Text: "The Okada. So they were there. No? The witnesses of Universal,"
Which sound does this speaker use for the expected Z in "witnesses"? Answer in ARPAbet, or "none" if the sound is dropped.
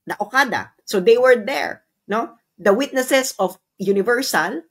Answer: S